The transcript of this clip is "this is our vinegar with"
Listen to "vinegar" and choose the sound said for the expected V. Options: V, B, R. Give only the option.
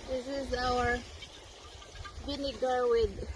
B